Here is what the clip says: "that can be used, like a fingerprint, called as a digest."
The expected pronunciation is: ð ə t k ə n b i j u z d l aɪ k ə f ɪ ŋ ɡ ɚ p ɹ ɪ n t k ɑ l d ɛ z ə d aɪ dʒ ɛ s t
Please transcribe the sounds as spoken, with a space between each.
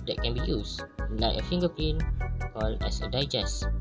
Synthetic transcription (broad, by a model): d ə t k ə n b i j u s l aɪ ə f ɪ ŋ ɡ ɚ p ɪ n k ɑ l d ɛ s ə d aɪ dʒ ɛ s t